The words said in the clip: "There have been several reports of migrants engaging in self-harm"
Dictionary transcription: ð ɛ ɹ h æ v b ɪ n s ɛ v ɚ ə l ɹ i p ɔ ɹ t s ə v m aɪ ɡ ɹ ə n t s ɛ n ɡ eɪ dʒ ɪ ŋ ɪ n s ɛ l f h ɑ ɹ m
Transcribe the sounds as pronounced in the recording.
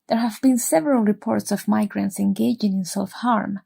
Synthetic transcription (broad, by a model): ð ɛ ɹ h æ v b ɪ n s ɛ v ɚ ə l ɹ i p ɔ ɹ t s ə v m aɪ ɡ ɹ ə n t s ɛ n ɡ eɪ dʒ ɪ ŋ ɪ n s ɛ l f h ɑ ɹ m